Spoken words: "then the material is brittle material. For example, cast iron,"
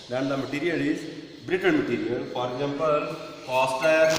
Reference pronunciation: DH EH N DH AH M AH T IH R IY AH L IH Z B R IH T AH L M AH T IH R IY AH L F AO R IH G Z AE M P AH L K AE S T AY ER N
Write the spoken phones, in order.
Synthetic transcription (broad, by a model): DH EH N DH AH M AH T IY R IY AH L IH Z B R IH T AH N M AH T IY R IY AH L F AO R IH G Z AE M P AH L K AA S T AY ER